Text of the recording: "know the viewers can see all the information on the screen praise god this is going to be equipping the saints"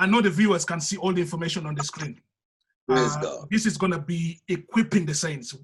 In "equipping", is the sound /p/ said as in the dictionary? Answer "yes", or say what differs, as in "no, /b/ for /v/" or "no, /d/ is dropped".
yes